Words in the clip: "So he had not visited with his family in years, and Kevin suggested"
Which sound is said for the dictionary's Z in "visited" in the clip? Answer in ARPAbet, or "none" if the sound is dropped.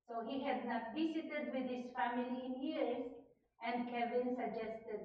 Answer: S